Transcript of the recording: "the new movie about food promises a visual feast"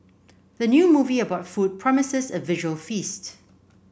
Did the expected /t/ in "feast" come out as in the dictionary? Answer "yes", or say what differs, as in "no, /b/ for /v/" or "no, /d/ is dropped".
yes